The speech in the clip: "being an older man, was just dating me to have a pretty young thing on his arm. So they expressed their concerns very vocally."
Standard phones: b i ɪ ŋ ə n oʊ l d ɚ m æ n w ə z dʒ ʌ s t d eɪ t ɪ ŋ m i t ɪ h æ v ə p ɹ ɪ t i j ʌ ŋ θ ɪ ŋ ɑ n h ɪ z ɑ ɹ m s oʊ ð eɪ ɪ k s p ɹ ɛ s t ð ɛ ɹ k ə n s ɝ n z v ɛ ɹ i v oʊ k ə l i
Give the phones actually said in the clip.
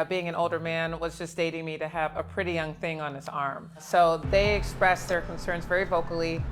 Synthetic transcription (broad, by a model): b i ɪ ŋ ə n oʊ l d ɚ m æ n w ə z dʒ ʌ s d eɪ t ɪ ŋ m i t ɪ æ v ə p ɹ ɪ t i j ʌ ŋ θ ɪ ŋ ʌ n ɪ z ɑ ɹ m s oʊ ð eɪ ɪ k s p ɹ ɛ s ð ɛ ɹ k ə n s ɝ n z v ɛ ɹ i v oʊ k l i